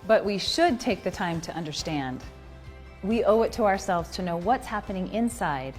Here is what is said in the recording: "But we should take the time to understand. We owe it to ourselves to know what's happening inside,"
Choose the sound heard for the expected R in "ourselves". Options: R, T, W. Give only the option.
R